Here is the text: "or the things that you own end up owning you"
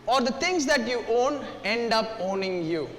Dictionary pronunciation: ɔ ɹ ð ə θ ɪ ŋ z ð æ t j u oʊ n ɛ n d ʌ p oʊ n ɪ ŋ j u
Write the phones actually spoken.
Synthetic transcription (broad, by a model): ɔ ɹ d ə t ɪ ŋ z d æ t j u oʊ n ɛ n d ʌ p oʊ n ɪ ŋ j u